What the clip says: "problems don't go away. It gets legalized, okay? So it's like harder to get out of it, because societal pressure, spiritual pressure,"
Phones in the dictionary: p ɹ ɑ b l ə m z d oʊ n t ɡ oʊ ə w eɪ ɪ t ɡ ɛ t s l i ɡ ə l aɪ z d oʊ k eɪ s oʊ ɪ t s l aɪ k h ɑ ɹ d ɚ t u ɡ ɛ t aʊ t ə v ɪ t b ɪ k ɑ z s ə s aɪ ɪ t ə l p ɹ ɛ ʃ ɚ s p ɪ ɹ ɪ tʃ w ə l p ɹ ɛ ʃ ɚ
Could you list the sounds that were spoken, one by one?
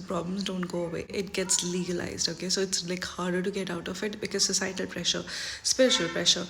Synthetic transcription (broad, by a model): p ɹ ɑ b l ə m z d oʊ n t ɡ oʊ ə w eɪ ɪ t ɡ ɛ t s l i ɡ ə l aɪ z d oʊ k eɪ s oʊ ɪ t s l aɪ k h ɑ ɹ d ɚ t u ɡ ɛ t aʊ t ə f ɪ t b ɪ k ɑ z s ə s aɪ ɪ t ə l p ɹ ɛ ʃ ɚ s p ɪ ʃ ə l p ɹ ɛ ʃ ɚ